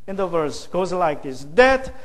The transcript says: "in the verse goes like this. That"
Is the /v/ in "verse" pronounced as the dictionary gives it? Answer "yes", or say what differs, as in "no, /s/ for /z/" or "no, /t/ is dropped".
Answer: yes